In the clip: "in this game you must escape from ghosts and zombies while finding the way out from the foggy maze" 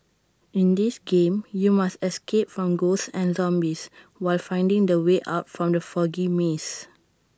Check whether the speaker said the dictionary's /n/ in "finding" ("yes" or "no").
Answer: yes